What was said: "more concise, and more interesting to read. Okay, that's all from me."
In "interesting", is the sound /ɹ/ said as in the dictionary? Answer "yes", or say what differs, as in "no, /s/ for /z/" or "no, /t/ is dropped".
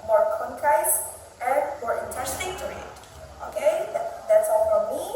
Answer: no, /ɹ/ is dropped